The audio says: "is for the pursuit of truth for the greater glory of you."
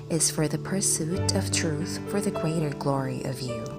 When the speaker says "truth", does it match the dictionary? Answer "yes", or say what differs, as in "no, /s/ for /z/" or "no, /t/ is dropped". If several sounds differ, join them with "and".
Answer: yes